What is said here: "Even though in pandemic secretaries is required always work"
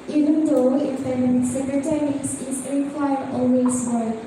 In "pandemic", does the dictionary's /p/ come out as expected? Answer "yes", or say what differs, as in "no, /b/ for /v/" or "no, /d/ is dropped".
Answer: no, /f/ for /p/